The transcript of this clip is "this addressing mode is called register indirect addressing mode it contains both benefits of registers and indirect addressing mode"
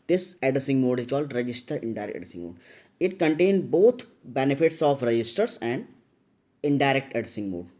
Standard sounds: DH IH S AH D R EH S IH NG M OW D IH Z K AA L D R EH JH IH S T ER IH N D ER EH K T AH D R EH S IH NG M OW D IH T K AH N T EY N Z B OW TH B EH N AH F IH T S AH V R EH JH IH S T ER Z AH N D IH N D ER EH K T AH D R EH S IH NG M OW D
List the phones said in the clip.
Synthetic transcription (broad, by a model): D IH S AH D IH S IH NG M OW D IH Z K AA L D R EH JH IH S T ER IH N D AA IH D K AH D IH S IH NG M OW D IH T K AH N T EY N B OW T B EH N AH F IH T S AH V R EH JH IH S T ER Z AH N D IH N D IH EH K T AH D IH S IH NG M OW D